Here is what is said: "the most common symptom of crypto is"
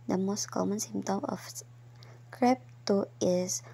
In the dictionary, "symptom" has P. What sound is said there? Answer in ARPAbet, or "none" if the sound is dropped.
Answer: none